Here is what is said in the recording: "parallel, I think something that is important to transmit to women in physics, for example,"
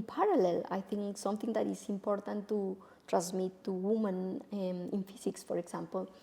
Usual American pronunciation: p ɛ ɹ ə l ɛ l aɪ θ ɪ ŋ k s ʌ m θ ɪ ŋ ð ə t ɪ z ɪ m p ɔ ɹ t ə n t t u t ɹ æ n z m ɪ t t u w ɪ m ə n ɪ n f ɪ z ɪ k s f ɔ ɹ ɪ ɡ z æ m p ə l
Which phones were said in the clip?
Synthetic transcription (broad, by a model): p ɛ ɹ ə l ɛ l aɪ t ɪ ŋ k s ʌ m t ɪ ŋ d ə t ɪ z ɪ m p ɔ ɹ t ə n t t u t ɹ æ n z m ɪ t t u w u m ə n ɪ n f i s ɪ k s f ɔ ɹ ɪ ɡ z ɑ m p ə l